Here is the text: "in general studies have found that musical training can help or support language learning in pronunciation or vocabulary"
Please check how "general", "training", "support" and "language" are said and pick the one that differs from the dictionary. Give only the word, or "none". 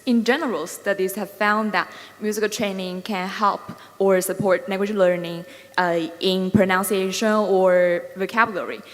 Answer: language